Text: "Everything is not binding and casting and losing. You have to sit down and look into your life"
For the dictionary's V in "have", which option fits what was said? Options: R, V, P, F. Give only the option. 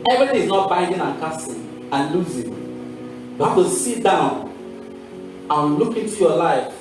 F